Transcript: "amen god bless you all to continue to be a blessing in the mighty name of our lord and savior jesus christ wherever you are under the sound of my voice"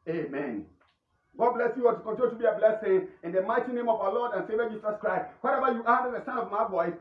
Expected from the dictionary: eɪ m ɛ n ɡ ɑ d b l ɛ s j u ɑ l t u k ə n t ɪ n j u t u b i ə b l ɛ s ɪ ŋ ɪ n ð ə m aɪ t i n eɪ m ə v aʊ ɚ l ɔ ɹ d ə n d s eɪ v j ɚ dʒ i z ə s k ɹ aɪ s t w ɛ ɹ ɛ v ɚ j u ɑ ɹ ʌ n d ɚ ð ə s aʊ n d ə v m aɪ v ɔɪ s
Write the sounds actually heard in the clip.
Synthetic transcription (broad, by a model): eɪ m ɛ n ɡ ɑ d b l ɛ s j u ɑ t u k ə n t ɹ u t u b i ə b l ɛ s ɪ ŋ ɪ n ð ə m aɪ t i n eɪ m ə v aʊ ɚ l ɔ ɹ d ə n s eɪ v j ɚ dʒ i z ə s k ɹ aɪ s t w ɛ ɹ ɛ v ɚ j u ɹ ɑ d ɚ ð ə s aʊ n ə v m aɪ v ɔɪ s